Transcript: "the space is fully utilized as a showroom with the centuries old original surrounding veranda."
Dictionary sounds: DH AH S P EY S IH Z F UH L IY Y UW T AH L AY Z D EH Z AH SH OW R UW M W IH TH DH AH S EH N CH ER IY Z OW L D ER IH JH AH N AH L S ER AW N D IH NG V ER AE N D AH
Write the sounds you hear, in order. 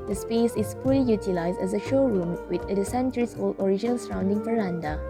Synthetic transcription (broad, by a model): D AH S P EY S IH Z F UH L IY Y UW T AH L AY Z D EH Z AH SH OW R UW M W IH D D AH S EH N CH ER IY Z OW L D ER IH JH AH N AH L S ER AW N D IH NG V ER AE N D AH